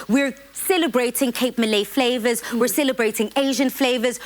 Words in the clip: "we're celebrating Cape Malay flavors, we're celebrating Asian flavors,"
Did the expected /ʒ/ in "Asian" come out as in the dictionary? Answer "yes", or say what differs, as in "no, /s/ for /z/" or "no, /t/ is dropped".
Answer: yes